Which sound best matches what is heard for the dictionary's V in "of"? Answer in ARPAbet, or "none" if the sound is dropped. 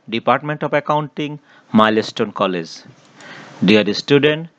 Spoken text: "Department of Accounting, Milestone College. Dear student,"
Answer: P